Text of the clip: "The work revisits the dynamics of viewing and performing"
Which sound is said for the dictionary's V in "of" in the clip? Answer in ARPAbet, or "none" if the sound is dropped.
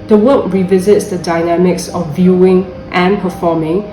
F